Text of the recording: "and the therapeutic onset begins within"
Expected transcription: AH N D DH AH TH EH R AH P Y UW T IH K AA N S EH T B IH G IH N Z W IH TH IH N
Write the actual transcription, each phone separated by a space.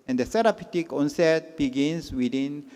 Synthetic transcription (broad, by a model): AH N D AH S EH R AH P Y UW T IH K AA N S EH T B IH G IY N S W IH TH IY N